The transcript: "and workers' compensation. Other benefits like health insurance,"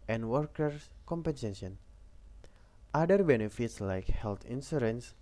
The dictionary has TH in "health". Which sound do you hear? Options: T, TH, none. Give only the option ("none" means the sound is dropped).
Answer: T